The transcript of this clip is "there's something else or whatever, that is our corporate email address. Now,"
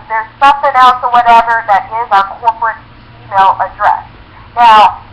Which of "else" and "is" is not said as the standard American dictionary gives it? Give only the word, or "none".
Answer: none